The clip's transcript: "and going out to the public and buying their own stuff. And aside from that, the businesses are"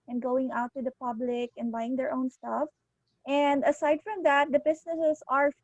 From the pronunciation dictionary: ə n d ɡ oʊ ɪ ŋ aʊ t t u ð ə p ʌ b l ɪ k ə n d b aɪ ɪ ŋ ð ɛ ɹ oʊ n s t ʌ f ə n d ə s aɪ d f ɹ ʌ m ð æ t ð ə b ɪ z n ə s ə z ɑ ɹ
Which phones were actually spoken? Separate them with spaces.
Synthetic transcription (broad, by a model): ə n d ɡ oʊ ɪ ŋ aʊ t t u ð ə p ʌ b l ɪ k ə n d b aɪ ɪ ŋ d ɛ ɹ oʊ n s t ʌ f ə n d ə s aɪ d f ɹ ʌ m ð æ t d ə b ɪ s n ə s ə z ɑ ɹ